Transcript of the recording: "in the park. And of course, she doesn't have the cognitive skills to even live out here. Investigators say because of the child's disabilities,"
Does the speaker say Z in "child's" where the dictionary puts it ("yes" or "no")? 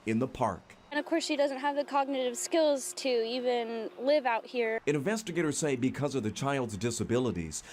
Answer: yes